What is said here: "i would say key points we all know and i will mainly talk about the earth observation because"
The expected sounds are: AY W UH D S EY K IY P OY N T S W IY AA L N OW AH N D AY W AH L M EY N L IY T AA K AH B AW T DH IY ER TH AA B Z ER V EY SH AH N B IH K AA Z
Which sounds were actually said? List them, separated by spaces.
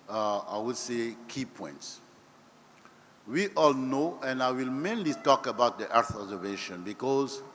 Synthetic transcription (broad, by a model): AY W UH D S EY K IY P OY N T S W IY AA L N OW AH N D AY W AH L M EY N L IY T AA K AH B AW T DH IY ER TH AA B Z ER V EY SH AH N B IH K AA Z